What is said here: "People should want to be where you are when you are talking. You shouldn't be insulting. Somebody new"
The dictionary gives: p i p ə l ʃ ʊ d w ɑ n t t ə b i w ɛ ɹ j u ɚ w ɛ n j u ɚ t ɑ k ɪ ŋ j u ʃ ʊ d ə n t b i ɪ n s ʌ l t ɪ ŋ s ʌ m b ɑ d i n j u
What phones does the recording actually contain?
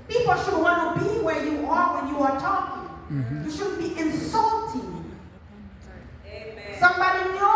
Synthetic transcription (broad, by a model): p i p l ʃ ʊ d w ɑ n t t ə b i w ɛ ɹ j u ɚ w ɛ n j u ɚ t ɑ k ɪ ŋ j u ʃ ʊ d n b i ɪ n s ʌ l t ɪ ŋ s ʌ m b ɑ d i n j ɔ